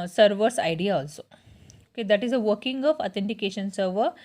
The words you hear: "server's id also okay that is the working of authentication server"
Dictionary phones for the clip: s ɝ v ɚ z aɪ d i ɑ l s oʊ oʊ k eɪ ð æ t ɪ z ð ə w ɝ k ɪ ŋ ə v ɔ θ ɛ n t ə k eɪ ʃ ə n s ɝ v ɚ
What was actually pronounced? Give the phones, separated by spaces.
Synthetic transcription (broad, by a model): s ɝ v ɚ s aɪ d i ɑ l s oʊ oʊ k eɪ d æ t ɪ z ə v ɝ k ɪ ŋ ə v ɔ t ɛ n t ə k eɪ ʃ ə n s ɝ v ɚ